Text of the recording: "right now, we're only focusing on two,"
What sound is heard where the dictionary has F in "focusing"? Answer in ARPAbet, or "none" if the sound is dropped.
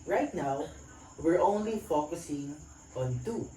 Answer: F